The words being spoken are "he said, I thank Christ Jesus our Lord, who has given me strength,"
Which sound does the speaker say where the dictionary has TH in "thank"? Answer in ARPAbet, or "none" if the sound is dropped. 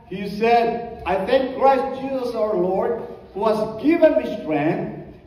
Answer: T